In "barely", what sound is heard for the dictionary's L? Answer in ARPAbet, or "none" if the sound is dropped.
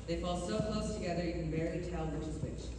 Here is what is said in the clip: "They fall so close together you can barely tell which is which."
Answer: none